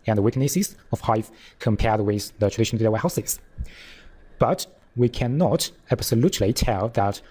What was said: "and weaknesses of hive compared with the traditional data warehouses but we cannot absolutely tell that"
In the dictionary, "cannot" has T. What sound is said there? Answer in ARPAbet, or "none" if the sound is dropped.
T